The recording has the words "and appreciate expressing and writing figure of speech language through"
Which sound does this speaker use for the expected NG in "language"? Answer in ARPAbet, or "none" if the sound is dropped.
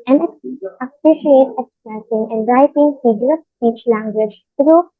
NG